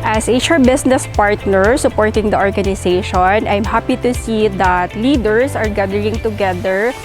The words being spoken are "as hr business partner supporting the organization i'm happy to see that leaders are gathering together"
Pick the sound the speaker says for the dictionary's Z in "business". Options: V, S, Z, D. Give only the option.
S